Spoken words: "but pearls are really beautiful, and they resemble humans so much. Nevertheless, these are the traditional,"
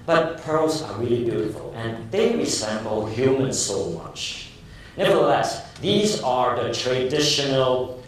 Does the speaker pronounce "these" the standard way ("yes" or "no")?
yes